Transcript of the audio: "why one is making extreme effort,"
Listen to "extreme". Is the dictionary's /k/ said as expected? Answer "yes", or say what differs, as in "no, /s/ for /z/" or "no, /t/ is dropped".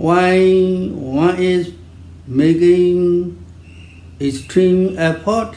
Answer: no, /k/ is dropped